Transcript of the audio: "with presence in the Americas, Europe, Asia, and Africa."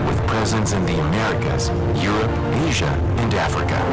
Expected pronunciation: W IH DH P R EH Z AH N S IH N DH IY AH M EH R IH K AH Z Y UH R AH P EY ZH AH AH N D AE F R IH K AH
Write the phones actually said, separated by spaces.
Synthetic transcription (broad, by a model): W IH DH P R EH Z AH N S IH N DH IY AH M EH R IH K AH Z Y UH R AH P EY ZH AH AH N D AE F R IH K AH